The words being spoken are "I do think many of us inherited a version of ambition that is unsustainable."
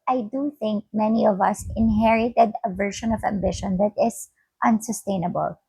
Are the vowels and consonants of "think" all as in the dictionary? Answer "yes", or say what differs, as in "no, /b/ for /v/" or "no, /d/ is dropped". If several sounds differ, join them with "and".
yes